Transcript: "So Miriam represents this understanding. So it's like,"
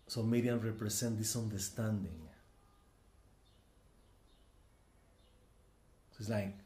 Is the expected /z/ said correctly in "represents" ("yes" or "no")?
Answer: no